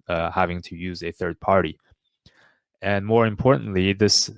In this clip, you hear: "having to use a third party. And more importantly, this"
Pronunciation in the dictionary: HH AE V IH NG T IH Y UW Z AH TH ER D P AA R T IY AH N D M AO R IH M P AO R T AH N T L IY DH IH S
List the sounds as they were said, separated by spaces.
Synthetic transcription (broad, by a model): HH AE V IH NG T IH Y UW Z AH TH ER D P AA R T IY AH N M AO R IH M P AO R T N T L IY DH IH S